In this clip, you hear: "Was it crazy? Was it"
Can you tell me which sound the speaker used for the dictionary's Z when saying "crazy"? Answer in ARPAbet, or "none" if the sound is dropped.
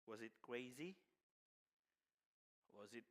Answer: Z